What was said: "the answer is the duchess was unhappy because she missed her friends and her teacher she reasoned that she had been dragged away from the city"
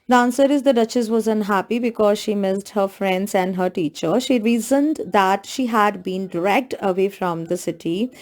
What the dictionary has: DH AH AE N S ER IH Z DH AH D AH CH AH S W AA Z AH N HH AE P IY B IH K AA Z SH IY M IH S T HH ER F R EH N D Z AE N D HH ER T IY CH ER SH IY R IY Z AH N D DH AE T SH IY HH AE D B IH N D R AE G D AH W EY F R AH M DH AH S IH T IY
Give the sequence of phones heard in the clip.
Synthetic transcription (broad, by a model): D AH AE N S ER IH Z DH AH D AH CH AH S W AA Z AH N HH AE P IY B IH K AA Z SH IY M IH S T HH ER F R EH N D Z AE N D HH ER T IY CH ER SH IY R IY Z AH N D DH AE T SH IY HH AE D B IH N D R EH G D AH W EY F R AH M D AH S IH T IY